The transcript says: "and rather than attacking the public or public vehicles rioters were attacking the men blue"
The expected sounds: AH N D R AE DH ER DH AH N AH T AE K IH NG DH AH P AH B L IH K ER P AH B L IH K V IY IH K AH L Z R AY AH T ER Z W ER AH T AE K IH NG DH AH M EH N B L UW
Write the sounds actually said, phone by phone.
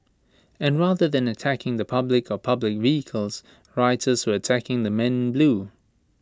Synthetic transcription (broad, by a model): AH N R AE DH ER DH AH N AH T AE K IH NG DH AH P AH B L IH K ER P AH B L IH K V IY IH K AH L Z R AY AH T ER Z W ER AH T AE K IH NG DH AH M EH N B L UW